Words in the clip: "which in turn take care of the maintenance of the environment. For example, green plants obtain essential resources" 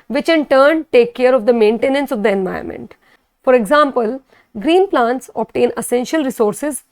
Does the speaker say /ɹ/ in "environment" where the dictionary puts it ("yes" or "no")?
no